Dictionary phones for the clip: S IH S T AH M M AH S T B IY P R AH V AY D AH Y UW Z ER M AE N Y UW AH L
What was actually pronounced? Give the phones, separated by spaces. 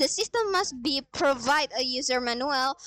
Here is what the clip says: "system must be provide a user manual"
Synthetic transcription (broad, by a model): S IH S T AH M M AH S T B IY P R AH V AY D AH Y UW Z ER M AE N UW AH L